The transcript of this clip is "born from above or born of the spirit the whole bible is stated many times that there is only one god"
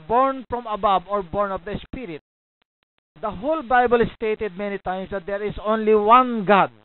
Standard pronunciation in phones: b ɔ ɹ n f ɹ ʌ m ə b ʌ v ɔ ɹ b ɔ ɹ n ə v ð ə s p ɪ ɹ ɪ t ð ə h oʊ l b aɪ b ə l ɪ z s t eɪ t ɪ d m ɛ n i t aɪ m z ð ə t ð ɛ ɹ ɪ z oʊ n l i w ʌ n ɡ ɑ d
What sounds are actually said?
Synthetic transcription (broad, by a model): b ɔ ɹ n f ɹ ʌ m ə b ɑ b ɔ ɹ b ɔ ɹ n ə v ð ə s p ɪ ɹ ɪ t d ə h oʊ l b aɪ b ə l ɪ s t eɪ t ɪ d m ɛ n i t aɪ m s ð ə t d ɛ ɹ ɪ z oʊ n l i w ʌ n ɡ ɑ d